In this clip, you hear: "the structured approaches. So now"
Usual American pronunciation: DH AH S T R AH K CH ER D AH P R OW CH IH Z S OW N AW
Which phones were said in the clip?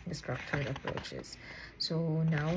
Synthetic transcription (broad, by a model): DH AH S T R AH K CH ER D AH P R OW CH IH Z S OW N AW